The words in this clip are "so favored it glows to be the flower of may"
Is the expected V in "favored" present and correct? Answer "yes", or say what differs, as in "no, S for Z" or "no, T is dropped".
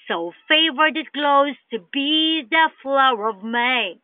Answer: yes